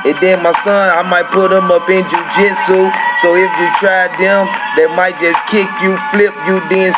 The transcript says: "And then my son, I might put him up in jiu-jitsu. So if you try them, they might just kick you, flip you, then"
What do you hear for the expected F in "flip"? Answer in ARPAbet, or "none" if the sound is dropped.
F